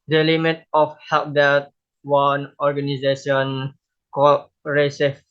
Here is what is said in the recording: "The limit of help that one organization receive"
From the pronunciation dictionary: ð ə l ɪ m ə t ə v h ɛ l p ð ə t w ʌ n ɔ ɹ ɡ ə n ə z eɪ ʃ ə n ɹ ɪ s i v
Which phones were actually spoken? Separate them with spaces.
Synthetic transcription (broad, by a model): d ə l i m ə t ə f h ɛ p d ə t w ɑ n ɔ ɹ ɡ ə n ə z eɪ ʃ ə n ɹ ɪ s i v